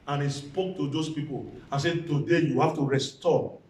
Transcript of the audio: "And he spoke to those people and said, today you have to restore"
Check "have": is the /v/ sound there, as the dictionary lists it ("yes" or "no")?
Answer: no